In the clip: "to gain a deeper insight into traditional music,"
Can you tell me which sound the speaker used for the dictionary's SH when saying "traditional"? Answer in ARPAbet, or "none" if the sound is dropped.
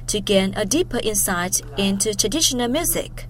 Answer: SH